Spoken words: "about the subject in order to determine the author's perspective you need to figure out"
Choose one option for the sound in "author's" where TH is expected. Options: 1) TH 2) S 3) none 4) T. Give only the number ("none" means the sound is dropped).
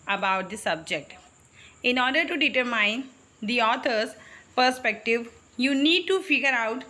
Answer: 4